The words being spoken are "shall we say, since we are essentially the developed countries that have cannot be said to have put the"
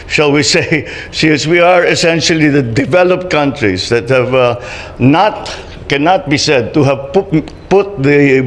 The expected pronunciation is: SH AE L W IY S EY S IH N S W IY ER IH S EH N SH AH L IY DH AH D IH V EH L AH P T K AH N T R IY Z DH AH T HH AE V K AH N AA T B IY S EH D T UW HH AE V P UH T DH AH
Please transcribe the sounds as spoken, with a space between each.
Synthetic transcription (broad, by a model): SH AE L W IY S EY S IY S W IY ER IH S EH N SH AH L IY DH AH D IH V EH L AH P T K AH N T R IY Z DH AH T HH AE V K AH N AA T B IY S EH D T UW HH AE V P UH T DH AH